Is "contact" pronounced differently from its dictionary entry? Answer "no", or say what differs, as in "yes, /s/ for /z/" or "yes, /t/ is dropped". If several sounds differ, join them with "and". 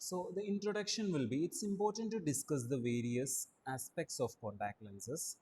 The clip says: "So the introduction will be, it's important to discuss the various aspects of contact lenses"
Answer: yes, /n/ is dropped